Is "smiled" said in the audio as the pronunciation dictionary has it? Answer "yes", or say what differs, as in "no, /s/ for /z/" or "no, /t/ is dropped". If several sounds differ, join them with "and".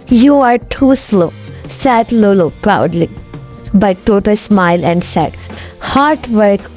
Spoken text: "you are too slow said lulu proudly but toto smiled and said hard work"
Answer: no, /d/ is dropped